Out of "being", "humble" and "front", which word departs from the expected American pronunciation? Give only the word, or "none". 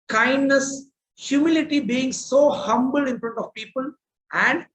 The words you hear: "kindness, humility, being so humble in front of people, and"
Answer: none